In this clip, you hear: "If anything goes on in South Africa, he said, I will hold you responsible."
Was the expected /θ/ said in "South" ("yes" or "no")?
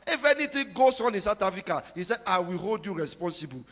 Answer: no